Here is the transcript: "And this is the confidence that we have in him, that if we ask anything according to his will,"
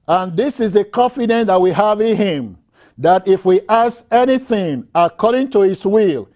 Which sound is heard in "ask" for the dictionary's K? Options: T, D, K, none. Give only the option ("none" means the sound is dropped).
none